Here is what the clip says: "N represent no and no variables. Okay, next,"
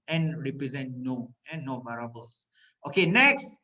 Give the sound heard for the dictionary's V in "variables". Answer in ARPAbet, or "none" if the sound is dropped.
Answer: B